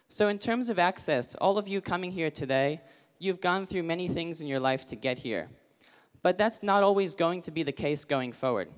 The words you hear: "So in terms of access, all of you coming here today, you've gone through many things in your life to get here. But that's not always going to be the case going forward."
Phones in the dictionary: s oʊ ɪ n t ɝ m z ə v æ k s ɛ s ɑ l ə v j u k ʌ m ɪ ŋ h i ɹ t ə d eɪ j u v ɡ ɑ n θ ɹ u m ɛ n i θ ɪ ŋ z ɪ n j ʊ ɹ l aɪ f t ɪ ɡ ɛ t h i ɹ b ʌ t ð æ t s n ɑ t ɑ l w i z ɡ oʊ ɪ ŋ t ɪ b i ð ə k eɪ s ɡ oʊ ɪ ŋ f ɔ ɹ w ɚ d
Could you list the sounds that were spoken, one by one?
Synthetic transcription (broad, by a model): s oʊ ɪ n t ɝ m z ə v æ k s ɛ s ɑ l ə v j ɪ k ʌ m ɪ ŋ h i ɹ t ə d eɪ j u v ɡ ɑ n θ ɹ u m ɛ n i θ ɪ ŋ z ɪ n j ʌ ɹ l aɪ f t ɪ ɡ ɛ t h i ɹ b ʌ t ð æ t s n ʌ t ɑ l w i z ɡ oʊ ɪ ŋ t ɪ b i ð ə k eɪ s ɡ oʊ ɪ ŋ f ɔ ɹ w ɚ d